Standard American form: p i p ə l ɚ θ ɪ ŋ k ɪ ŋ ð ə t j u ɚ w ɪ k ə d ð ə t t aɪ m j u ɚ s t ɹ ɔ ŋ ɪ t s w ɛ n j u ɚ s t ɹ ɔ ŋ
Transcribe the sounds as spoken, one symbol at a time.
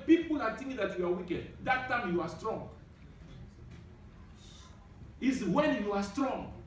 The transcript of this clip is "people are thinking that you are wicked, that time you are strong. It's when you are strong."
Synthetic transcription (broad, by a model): p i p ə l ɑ t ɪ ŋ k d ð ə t j u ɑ w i k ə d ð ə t t aɪ m j u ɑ s t ɹ ɔ ŋ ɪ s w ɛ n j u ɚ s t ɹ ɔ ŋ